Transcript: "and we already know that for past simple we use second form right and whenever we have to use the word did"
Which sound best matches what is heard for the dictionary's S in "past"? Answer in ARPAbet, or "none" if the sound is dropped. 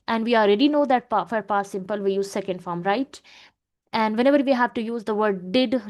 none